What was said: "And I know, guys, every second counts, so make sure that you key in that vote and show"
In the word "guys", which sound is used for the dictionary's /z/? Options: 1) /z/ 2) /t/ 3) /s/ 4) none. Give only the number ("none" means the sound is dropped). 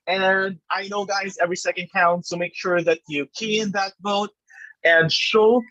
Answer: 1